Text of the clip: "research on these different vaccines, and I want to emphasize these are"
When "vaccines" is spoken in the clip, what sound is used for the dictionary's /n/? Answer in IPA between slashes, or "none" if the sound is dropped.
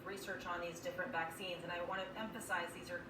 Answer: /n/